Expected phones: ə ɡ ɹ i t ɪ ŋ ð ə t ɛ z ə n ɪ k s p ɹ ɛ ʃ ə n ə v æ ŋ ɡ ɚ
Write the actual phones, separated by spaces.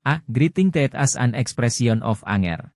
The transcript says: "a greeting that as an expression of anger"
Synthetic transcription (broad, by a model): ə ɡ ɹ i t ɪ ŋ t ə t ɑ s ə n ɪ k s p ɹ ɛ s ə n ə f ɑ ŋ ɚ